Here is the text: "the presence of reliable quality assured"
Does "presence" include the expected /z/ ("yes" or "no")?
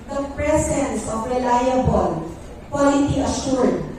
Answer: no